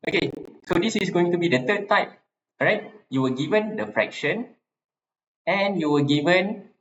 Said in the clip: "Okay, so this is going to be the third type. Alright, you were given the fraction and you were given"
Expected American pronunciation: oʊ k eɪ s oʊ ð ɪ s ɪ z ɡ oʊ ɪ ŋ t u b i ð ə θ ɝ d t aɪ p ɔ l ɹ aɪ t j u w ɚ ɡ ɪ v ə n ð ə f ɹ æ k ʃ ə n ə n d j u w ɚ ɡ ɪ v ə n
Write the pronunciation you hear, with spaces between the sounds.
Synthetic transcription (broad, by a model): oʊ k eɪ s oʊ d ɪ s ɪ s ɡ oʊ ɪ ŋ t u b i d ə t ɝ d t aɪ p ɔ ɹ aɪ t j u w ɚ ɡ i v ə n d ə f ɹ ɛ k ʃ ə n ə n j u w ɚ ɡ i v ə n